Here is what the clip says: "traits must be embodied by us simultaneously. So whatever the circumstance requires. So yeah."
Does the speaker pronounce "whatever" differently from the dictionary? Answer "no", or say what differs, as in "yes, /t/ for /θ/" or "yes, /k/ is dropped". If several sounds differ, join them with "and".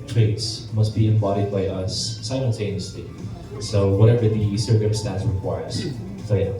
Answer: no